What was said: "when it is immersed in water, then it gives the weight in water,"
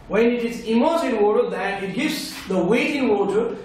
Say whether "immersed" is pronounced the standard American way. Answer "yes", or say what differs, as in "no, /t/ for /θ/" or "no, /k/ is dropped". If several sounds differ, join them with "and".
no, /t/ is dropped